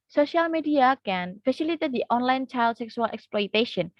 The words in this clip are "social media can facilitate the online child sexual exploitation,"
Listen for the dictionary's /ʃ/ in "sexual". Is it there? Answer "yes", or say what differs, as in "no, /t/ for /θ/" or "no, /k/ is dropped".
no, /s/ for /ʃ/